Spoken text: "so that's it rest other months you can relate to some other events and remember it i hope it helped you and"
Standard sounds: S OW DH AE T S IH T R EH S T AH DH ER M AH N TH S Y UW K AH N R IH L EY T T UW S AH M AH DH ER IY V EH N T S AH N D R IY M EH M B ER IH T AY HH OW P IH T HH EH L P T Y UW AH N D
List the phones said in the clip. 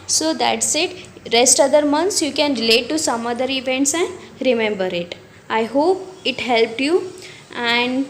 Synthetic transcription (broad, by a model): S OW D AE T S IH T R EH S T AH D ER M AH N S Y UW K AH N R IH L EY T T UW S AH M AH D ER IY V EH N T S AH N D R IY M EH M B ER IH T AY HH OW P IH T HH EH L P T Y UW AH N D